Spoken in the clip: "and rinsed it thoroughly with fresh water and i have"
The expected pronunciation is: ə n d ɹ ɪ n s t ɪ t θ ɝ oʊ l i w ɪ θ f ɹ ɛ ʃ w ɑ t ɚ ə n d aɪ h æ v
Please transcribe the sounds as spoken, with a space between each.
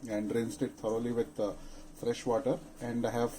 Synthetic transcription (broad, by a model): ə n d ɹ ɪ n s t ɪ t t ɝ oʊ l i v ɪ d f ɹ ɛ ʃ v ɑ t ɚ ə n d h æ v